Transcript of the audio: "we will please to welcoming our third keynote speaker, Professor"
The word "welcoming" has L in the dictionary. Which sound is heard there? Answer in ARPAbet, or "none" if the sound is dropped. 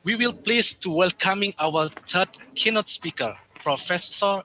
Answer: L